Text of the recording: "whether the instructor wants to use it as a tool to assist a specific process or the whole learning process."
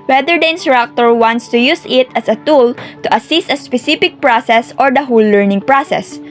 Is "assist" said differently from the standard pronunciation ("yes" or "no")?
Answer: no